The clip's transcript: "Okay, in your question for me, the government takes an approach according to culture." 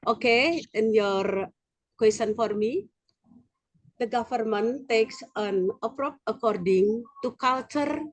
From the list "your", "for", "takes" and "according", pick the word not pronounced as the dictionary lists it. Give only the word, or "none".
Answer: none